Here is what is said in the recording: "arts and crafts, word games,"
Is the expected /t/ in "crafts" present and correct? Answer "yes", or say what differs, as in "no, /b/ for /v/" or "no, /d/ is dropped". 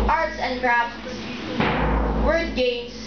no, /s/ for /t/